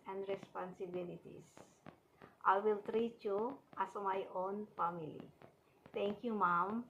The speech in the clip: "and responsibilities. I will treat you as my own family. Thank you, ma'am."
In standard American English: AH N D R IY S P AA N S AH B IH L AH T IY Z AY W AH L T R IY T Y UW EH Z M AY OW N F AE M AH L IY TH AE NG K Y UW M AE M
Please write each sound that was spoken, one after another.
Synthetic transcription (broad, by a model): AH N D R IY S P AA N S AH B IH L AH T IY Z AY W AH L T R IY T Y UW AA S M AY OW N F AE M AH L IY T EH NG K Y UW M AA M